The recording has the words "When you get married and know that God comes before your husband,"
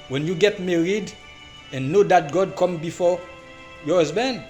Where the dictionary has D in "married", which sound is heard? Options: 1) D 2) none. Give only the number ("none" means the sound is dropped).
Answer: 1